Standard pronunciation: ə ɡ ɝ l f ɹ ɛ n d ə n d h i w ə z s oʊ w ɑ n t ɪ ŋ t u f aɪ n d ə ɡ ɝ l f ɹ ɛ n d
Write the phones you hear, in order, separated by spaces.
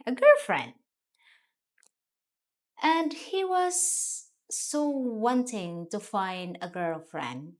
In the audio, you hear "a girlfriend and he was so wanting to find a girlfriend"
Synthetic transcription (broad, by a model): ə ɡ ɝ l f ɹ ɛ n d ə n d h i w ə z s oʊ w ɑ n t ɪ ŋ t u f aɪ n d ə ɡ ɝ l f ɹ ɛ n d